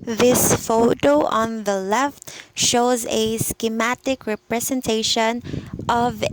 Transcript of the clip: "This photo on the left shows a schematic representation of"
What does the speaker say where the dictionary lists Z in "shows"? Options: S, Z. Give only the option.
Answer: Z